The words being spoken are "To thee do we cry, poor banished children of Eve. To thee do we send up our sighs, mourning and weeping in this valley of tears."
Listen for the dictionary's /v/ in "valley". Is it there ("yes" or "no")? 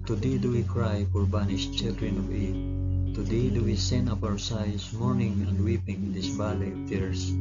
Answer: no